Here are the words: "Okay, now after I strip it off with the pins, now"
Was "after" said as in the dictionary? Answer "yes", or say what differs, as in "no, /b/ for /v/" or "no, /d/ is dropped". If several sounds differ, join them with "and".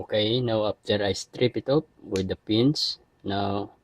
no, /p/ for /f/